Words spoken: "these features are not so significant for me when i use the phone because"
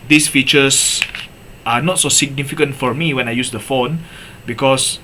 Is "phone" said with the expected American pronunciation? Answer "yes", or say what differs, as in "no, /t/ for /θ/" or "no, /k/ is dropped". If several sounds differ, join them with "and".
yes